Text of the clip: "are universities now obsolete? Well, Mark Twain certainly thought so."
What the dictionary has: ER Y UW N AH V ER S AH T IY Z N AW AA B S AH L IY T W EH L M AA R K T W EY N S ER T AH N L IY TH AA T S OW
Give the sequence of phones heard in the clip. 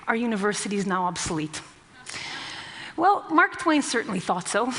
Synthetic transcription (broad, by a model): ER Y UW N AH V ER S AH T IY Z N AW AA B S AH L IY T W EH L M AA R K T W EY N S ER T N L IY TH AA T S OW